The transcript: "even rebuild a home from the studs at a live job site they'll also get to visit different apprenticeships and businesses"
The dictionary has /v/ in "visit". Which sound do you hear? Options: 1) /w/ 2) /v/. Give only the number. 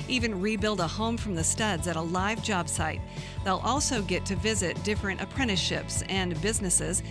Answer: 2